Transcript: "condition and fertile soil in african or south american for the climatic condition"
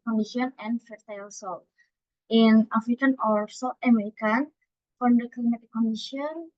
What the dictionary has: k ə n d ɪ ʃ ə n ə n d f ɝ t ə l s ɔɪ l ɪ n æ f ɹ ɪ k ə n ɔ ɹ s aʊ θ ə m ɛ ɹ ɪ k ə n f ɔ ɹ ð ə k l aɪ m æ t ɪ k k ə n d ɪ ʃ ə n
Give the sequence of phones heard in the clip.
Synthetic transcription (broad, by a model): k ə n d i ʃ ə n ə n f ɝ t ə l s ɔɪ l ɪ n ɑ f ɹ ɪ k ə n ɔ ɹ s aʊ t ə m ɛ ɹ ɪ k ə n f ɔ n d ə k l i m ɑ t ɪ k k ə n d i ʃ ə n